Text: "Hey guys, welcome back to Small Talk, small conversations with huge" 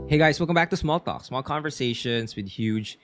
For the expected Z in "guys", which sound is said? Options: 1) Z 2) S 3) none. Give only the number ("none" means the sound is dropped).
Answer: 2